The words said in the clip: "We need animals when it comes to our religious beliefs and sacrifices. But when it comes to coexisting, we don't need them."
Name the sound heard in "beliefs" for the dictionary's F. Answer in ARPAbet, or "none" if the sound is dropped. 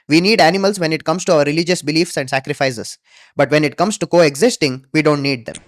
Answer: F